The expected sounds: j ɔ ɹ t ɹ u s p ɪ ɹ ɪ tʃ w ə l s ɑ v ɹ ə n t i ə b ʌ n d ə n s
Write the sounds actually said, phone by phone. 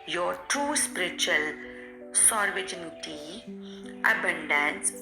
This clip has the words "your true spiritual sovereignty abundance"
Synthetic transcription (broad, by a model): j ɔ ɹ t u s p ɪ ɹ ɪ tʃ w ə l s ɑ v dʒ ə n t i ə b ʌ n d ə n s